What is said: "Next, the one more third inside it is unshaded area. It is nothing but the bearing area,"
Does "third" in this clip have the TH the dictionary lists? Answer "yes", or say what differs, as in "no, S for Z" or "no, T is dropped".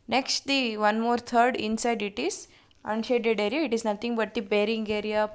no, T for TH